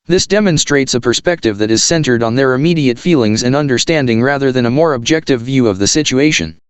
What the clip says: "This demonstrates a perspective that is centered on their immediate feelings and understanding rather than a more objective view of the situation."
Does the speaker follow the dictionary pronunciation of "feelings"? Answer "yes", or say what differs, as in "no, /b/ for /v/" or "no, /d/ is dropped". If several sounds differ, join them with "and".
yes